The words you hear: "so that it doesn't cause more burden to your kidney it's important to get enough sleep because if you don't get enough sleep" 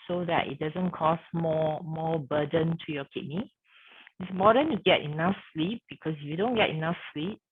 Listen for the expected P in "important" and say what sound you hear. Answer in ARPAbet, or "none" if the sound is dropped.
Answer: none